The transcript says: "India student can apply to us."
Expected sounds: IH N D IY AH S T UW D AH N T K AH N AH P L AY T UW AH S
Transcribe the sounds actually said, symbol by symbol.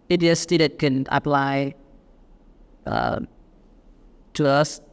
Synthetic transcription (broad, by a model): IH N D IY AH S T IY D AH T K AH N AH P L AY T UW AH S